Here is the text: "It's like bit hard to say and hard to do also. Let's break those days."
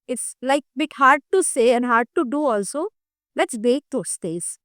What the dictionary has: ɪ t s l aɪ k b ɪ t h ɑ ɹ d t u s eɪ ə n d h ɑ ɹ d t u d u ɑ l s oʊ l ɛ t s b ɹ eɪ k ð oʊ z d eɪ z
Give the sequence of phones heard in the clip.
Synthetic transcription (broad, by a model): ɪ t s l aɪ k b ɪ t h ɑ ɹ d t u s eɪ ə n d h ɑ ɹ d t u d u ɑ l s oʊ l ɛ t s b eɪ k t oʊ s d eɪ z